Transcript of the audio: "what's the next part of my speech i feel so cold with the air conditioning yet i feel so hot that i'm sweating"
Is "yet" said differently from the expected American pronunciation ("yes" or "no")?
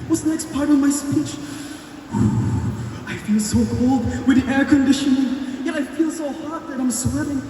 yes